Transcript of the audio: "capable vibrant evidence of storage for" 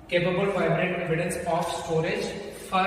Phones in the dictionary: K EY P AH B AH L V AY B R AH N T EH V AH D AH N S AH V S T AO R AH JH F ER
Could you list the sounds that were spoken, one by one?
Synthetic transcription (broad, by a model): K EY P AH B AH L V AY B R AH T EH V AH D AH N S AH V S T AO R AH JH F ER